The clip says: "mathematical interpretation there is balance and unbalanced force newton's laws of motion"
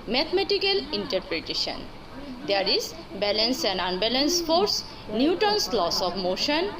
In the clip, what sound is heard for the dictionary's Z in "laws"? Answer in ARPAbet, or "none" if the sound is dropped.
S